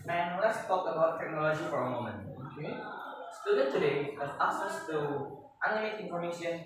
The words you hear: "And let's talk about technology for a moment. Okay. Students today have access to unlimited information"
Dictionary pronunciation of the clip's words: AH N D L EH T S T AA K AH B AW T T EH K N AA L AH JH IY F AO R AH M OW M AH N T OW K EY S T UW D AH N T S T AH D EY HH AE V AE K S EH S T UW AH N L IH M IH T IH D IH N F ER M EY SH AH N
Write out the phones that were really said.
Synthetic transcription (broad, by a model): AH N L EH T S T AA K AH B AW T T EH K N AA L AH JH IY F AO R AH M OW M AH N T OW K EY S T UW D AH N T T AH D EY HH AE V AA S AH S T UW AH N IH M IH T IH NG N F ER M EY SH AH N